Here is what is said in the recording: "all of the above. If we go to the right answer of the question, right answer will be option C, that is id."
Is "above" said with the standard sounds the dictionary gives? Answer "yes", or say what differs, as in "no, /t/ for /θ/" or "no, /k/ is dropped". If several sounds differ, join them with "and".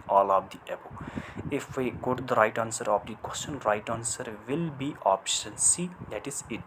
no, /v/ is dropped